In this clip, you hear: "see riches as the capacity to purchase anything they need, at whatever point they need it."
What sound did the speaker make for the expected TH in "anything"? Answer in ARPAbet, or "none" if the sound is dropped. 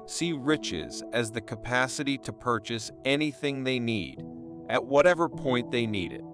TH